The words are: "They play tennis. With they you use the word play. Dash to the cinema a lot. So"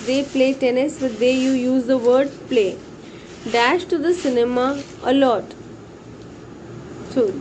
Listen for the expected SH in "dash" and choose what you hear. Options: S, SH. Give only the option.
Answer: SH